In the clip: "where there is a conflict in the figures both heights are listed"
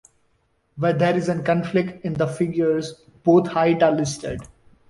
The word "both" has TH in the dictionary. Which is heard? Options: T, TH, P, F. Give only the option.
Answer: T